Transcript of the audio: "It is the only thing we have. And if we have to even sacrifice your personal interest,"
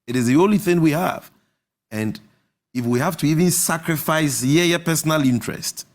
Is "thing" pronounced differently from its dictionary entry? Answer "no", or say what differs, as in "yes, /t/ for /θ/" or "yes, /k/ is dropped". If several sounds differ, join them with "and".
no